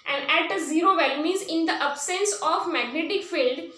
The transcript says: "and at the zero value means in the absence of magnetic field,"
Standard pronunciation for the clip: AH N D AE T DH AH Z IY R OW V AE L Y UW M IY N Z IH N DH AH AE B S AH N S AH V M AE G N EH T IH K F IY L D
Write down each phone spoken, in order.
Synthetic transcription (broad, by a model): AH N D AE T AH Z IY R OW V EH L M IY Z IH N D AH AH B S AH N S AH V M AE G N EH T IH K F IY L D